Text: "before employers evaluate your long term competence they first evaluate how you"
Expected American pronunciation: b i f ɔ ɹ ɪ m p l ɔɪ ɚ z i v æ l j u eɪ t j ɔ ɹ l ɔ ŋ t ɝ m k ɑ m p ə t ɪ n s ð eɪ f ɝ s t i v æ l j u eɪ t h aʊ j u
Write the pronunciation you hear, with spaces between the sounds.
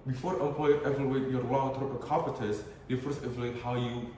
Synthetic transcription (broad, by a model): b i f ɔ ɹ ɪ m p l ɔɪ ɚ i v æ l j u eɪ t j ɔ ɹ l ɔ ŋ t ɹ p k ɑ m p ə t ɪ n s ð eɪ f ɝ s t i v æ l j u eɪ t h aʊ j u